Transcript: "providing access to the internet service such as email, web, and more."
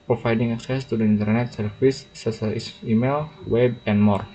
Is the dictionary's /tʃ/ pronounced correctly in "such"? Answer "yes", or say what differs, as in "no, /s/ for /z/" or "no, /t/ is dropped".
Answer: no, /tʃ/ is dropped